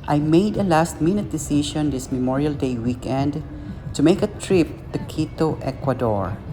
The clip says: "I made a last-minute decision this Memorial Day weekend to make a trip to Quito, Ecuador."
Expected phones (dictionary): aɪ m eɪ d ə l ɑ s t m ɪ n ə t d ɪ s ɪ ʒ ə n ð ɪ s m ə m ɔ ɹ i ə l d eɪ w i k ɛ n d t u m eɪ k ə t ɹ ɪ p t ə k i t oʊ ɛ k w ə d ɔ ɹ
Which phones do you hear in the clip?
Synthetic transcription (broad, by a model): aɪ m eɪ d ə l ɑ s t m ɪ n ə t d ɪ s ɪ ʃ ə n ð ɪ s m ə m ɔ ɹ i ə l d eɪ w i k ɛ n d t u m eɪ k ə t ɹ ɪ p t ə k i t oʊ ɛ k w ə d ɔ ɹ